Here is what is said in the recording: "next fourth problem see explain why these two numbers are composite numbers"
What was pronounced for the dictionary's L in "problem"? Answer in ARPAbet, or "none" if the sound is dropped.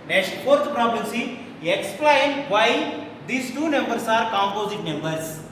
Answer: none